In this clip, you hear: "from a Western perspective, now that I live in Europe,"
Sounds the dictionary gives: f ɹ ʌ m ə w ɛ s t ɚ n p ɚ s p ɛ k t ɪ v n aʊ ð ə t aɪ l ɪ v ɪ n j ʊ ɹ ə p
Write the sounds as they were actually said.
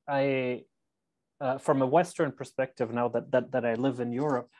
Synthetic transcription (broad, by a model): f ɹ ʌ m ə w ɛ s t ɚ n p ɚ s p ɛ k t ɪ v n aʊ ð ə t aɪ l ɪ v ɪ n j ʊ ɹ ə p